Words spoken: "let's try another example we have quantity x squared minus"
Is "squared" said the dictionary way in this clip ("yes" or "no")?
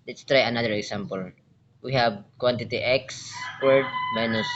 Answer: no